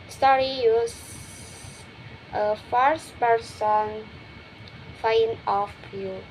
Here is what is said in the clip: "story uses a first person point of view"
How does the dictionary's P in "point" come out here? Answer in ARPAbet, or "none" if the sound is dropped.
F